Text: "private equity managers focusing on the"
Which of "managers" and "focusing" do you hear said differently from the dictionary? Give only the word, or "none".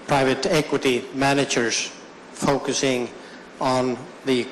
none